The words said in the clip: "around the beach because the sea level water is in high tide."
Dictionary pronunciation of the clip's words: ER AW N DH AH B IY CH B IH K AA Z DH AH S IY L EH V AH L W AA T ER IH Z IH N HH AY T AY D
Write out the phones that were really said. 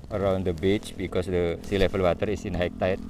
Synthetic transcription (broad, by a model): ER AW N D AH B IY CH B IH K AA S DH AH S IY L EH F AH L W AA T ER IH S IH N HH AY T AY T